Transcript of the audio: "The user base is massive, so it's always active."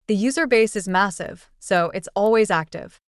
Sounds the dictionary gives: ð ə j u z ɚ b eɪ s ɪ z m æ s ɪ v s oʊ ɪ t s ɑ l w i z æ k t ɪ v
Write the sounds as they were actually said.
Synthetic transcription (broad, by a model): ð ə j u z ɚ b eɪ s ɪ z m æ s ɪ v s oʊ ɪ t s ɑ l w i z æ k t ɪ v